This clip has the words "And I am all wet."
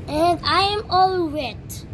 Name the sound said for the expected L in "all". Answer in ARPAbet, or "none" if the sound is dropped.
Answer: L